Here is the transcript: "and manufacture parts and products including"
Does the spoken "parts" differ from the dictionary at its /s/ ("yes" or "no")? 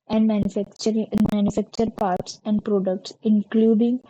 no